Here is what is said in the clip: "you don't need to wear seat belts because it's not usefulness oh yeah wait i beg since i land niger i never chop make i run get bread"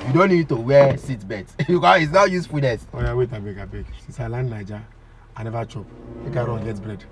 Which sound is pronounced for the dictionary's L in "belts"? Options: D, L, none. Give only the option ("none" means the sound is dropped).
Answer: none